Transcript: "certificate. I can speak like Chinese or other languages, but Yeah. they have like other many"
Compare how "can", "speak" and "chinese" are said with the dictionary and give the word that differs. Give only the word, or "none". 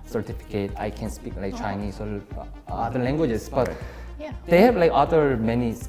chinese